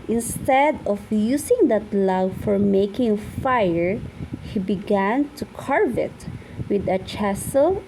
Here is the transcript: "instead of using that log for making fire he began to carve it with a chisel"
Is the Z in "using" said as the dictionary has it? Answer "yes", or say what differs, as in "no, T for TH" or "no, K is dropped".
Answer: no, S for Z